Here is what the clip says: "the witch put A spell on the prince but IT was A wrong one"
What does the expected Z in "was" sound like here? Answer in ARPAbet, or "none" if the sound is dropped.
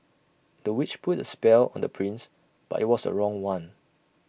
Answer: S